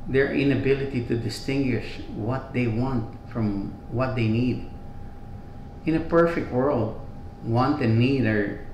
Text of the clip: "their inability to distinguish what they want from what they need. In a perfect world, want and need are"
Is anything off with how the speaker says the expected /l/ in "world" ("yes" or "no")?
no